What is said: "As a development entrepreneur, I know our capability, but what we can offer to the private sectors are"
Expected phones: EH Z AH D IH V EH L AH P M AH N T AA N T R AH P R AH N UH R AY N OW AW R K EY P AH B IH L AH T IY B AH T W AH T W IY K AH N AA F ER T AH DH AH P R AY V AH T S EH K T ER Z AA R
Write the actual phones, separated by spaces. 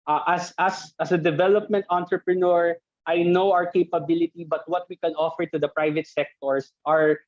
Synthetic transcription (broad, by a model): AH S AH D IH V EH L AH P M AH N T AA N T R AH P R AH N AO R AY N OW AW R K EY P AH B IH L AH T IY B AH T W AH T W IY K AH N AA F ER T AH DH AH P R AY V AH T S EH K T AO S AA R